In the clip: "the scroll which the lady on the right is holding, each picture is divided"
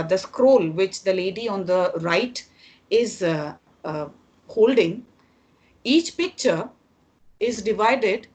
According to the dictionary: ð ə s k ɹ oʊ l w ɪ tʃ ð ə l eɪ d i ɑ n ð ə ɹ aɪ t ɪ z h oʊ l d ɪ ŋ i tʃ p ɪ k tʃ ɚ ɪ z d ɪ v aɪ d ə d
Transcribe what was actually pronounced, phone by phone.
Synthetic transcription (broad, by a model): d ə s k ɹ oʊ l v ɪ tʃ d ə l eɪ d i ɑ n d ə ɹ aɪ t ɪ z h oʊ l d ɪ ŋ i tʃ p ɪ k tʃ ɚ ɪ z d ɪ v aɪ d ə d